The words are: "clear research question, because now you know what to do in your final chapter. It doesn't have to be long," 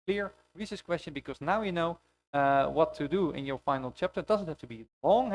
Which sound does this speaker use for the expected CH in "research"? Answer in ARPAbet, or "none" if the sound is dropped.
S